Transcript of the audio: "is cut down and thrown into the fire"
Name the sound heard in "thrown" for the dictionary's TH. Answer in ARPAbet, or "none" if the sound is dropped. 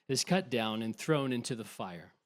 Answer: TH